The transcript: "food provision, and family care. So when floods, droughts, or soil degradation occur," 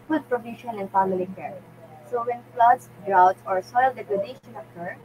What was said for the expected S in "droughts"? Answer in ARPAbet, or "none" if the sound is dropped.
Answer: none